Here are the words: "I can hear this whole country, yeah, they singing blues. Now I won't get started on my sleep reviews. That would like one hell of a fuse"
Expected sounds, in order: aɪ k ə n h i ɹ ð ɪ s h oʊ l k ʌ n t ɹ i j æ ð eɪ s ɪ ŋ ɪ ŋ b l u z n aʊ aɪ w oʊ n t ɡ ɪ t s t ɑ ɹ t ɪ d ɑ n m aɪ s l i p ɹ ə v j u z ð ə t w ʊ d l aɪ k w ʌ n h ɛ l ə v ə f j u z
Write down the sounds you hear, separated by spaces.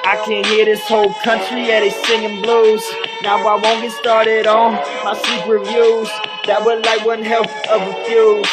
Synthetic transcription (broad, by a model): aɪ k ə n h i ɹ ð ɪ s h oʊ l k ʌ n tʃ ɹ i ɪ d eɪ s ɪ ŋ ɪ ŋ b l u z n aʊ aɪ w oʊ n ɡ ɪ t s t ɑ ɹ t ɪ d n m aɪ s i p ɹ ə v j u z ð ə t w ʊ d l aɪ k w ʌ n h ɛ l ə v ə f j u